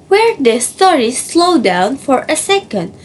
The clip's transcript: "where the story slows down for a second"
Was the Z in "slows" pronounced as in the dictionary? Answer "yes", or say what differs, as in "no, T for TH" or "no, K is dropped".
no, Z is dropped